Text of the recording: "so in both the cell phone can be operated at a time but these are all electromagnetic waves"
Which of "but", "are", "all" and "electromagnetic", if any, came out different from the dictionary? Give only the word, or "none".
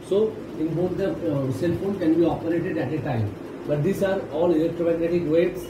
none